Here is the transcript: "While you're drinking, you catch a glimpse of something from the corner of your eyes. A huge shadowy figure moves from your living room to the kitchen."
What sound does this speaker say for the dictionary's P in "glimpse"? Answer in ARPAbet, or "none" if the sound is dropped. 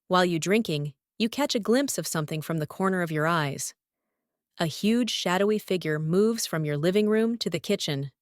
P